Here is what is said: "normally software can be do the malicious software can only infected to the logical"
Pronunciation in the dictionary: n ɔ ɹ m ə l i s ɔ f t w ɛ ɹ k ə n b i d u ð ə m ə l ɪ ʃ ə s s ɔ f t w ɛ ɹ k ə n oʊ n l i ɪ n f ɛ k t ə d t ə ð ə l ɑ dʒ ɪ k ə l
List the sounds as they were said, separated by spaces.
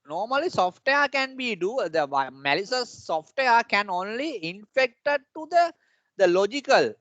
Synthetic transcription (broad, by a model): n ɔ ɹ m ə l i s ɔ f t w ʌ ɹ k ə n b i d u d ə m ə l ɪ s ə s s ɔ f t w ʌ ɹ k ə n oʊ n l i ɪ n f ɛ k t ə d t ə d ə l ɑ dʒ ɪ k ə l